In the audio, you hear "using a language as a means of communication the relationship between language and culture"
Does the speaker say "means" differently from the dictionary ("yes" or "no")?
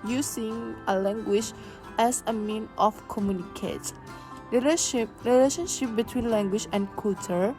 yes